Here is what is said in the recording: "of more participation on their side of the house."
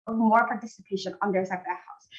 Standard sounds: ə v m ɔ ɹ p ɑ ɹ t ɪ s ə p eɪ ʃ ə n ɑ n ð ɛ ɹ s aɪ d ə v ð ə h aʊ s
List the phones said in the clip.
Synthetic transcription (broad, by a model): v m ɔ ɹ p ɑ ɹ t ɪ s ə p eɪ ʃ ə n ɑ n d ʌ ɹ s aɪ ə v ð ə h aʊ s